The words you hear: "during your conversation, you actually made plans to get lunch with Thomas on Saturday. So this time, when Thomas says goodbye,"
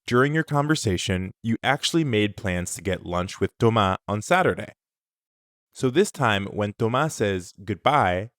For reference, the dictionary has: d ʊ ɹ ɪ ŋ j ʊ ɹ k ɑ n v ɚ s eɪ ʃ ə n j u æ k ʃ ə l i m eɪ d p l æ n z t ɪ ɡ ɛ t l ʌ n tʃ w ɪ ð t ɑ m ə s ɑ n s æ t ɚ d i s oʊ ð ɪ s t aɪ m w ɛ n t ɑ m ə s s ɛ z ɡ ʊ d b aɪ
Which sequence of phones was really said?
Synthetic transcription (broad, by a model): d ʊ ɹ ɪ ŋ j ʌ ɹ k ɑ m v ɚ s eɪ ʃ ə n j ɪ æ k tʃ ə l i m eɪ d p l æ n z t ɪ ɡ ɛ t l ʌ n tʃ w ɪ ð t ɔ m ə ɑ n s æ t ɚ d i s oʊ ð ɪ s t aɪ m w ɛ n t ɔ m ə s s ɛ z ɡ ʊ d b aɪ